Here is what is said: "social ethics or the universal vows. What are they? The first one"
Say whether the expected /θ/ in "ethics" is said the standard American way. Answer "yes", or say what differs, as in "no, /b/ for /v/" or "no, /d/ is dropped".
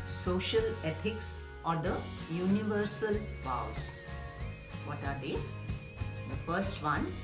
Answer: no, /t/ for /θ/